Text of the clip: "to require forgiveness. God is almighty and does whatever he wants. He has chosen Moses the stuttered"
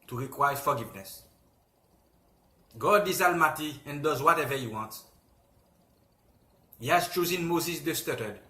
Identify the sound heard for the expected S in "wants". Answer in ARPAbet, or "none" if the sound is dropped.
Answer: none